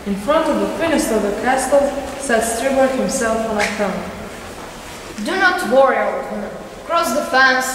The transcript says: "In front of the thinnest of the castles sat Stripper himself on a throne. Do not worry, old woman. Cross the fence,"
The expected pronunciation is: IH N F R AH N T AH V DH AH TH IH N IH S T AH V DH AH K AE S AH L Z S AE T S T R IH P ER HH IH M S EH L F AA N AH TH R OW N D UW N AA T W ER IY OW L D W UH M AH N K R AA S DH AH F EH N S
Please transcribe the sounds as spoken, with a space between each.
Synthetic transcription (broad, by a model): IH N F R AH N T AH V DH AH F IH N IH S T AH V DH AH K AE S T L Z S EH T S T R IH B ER HH IH M S EH L F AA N AH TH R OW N D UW N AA T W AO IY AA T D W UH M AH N K R AA S DH AH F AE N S